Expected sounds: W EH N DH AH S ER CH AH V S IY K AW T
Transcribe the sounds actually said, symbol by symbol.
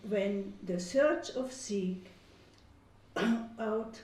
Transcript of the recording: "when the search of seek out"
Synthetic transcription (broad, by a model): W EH N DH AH S ER CH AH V S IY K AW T